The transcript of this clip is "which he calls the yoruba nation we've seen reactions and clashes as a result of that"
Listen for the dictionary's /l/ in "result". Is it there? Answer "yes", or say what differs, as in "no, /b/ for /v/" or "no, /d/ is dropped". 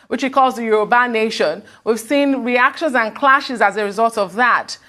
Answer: yes